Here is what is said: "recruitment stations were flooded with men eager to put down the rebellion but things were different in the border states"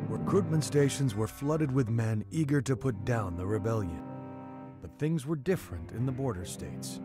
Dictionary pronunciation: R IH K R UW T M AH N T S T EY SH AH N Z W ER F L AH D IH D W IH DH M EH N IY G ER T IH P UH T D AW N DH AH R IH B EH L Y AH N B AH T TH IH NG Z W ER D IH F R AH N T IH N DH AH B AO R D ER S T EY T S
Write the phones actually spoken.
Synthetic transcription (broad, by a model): R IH K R UW T M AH N T S T EY SH AH N Z W ER F L AH D IH D W IH DH M EH N IY G ER T IH P UH T D AW N DH AH R IH B EH L Y AH N B AH T TH IH NG Z W ER D IH F R AH N T IH N DH AH B AO R D ER S T EY T S